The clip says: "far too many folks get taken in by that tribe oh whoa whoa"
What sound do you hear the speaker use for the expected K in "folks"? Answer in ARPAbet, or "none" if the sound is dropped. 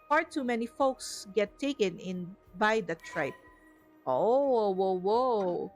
K